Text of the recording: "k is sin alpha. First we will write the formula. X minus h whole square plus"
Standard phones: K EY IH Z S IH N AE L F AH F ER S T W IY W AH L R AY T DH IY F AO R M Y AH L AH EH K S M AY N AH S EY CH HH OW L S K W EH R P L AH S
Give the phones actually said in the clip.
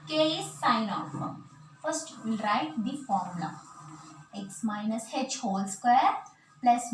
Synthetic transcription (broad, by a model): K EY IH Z S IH N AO F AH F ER S T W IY L R AY T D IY F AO R M L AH EH K S M AY N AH S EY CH HH OW L S K W EH R P L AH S